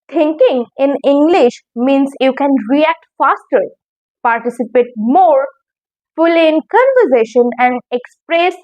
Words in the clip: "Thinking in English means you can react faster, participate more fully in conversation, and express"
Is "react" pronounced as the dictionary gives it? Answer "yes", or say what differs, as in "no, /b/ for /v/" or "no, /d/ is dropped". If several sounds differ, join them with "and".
yes